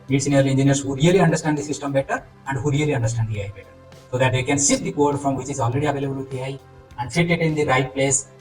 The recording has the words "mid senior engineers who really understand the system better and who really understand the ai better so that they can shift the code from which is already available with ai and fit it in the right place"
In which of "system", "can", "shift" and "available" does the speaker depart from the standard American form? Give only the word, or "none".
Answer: shift